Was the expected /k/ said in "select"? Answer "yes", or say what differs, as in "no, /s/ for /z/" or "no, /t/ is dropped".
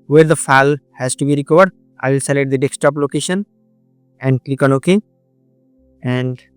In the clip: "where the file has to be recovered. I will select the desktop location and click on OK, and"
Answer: no, /k/ is dropped